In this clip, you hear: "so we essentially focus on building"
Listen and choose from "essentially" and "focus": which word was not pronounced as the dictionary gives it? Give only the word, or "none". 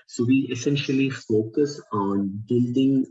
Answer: none